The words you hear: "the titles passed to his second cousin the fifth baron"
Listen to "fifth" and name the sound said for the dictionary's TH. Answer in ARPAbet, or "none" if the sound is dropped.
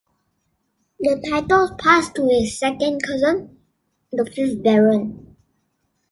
S